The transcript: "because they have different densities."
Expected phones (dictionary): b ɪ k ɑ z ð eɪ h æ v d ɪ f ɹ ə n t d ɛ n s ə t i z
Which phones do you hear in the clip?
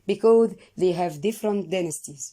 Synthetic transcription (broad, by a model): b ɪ k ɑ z ð eɪ h æ v d ɪ f ɹ ə n t d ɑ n s t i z